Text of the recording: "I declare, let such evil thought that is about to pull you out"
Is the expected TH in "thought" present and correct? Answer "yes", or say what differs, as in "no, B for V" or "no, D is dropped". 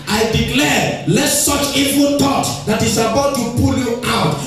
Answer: no, T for TH